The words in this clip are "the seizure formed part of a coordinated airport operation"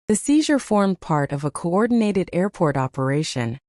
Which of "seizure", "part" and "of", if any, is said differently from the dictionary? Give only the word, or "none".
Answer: none